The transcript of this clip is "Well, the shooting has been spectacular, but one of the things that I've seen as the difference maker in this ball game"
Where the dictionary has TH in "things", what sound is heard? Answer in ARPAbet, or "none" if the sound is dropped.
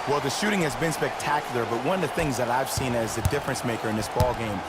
TH